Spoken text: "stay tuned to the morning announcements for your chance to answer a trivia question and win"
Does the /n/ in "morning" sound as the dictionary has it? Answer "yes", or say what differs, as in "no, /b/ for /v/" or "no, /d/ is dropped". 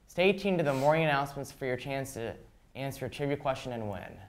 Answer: no, /n/ is dropped